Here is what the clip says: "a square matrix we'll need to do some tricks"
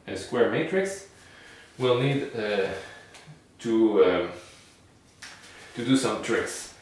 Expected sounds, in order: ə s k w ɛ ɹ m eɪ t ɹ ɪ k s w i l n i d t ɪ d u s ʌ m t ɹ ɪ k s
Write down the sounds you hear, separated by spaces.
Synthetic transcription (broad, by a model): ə s k w ɛ ɹ m eɪ t ɹ ɪ k s w i l n i d t ɪ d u s ʌ m t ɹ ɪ k s